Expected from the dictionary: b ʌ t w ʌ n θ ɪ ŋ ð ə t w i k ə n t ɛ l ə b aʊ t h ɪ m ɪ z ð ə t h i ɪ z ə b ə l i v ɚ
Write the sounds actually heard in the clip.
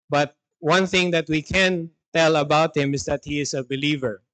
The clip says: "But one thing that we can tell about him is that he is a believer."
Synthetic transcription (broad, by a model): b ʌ t w ʌ n θ ɪ ŋ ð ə t w i k ə n t ɛ l ə b aʊ t h ɪ m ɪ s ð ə t h i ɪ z ə b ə l i v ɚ